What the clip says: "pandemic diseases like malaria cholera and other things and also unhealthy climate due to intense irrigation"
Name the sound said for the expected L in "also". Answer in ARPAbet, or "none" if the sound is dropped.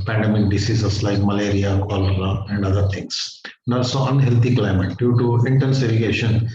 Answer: none